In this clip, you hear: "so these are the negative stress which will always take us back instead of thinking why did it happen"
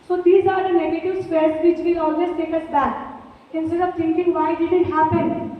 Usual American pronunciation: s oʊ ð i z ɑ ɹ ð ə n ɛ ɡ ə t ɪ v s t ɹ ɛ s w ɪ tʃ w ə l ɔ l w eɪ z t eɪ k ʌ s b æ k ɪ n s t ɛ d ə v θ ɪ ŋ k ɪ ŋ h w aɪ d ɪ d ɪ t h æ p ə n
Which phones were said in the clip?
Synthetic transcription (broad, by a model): s oʊ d i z ɑ ɹ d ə n ɛ ɡ ə t ɪ v s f ɹ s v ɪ tʃ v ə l ɔ l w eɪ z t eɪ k ʌ s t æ ɪ n s t ɛ d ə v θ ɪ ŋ k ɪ ŋ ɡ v aɪ d ɪ d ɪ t h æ p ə n